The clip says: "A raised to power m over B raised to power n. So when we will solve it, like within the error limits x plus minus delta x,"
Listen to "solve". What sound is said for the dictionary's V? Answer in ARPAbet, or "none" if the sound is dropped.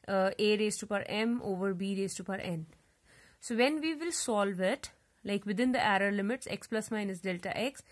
V